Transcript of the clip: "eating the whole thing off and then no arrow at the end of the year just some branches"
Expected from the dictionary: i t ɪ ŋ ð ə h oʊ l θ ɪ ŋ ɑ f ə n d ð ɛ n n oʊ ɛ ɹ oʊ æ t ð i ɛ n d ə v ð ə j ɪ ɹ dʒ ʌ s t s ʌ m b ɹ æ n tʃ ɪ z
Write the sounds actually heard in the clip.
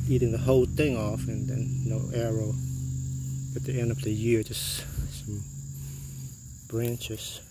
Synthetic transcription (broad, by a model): i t ɪ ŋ ð ə h oʊ l θ ɪ ŋ ɑ f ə n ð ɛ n n oʊ ɛ ɹ oʊ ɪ t ð i ɛ n d ə v ð ə j ɪ ɹ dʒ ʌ s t s ʌ m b ɹ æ n tʃ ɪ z